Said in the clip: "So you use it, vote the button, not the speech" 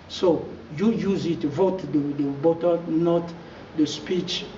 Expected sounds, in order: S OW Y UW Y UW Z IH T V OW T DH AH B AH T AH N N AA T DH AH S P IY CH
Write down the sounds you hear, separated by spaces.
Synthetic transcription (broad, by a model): S OW Y UW Y UW Z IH T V OW T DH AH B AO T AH L N AA T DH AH S P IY CH